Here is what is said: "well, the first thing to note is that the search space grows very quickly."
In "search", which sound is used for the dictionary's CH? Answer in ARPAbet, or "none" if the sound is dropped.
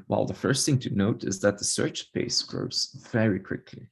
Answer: CH